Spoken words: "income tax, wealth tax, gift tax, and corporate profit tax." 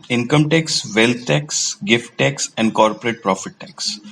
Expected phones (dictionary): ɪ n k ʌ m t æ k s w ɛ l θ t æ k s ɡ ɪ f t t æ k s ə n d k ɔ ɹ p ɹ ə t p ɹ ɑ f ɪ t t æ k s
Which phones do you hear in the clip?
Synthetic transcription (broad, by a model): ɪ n k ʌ m t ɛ k s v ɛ l t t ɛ k s ɡ ɪ f t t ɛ k s ə n d k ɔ ɹ p ɹ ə t p ɹ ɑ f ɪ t t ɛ k s